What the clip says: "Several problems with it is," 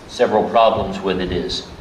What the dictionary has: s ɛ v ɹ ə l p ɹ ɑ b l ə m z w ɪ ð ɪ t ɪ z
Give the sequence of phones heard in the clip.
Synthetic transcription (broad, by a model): s ɛ v ɹ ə l p ɹ ɑ b l ə m z w ɪ ð ɪ t ɪ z